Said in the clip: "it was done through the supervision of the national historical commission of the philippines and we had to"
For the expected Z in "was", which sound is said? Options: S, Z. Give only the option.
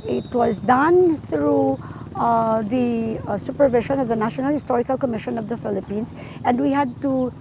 Z